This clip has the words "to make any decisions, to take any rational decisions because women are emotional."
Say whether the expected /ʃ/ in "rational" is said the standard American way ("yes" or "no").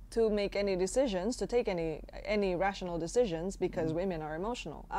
yes